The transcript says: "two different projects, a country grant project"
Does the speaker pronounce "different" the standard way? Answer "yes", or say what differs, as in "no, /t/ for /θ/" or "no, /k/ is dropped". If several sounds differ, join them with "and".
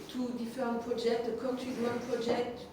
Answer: no, /ɹ/ is dropped